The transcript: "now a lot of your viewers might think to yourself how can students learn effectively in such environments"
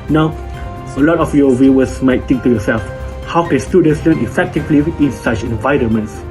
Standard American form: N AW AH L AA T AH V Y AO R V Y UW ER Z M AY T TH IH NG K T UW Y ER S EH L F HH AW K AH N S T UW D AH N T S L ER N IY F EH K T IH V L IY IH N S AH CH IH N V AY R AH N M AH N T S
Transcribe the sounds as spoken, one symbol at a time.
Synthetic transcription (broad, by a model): N AW AH L AA T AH F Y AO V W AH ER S M AY T T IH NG K T UW Y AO S EH L F HH AW K AH N S T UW D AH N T S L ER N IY F EH K T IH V L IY IH N S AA CH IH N V AY R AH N M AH N T S